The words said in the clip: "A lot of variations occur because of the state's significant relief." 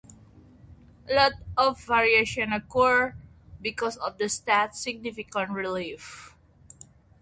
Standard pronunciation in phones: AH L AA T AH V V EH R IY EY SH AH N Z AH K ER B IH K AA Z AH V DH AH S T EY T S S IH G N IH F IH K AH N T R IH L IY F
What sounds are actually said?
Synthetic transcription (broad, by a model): L AA T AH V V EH R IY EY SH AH N AH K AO B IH K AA S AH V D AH S T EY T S S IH G N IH F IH K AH N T R IH L IY F